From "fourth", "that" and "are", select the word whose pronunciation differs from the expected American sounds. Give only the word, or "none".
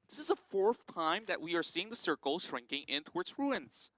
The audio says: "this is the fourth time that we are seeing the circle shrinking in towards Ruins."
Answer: none